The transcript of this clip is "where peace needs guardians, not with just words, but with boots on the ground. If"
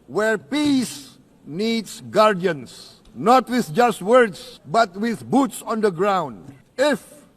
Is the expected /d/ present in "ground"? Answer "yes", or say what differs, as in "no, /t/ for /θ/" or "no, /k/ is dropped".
yes